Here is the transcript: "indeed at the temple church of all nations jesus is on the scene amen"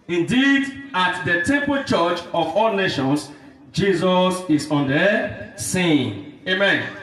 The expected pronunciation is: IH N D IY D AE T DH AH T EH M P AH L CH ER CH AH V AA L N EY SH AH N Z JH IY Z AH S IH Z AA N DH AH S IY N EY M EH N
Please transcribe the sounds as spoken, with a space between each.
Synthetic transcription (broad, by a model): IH N D IY D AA T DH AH T EH M P AH L CH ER CH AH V AA L N EY SH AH N S JH IY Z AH S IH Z AA N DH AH S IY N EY M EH N